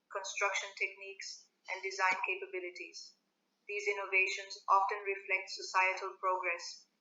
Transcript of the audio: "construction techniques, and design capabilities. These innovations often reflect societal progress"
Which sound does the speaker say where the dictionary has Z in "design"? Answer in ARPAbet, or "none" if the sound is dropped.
Z